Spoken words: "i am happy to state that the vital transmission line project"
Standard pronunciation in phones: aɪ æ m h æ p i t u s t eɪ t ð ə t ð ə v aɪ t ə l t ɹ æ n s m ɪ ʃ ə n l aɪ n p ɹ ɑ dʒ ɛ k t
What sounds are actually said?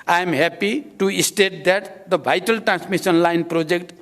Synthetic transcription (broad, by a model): aɪ m h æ p i t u s t eɪ t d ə t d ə b aɪ t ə l t ɹ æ n s m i s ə n l aɪ n p ɹ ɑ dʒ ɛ k t